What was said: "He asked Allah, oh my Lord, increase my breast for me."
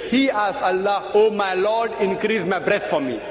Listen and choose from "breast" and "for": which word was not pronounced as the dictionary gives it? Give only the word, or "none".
breast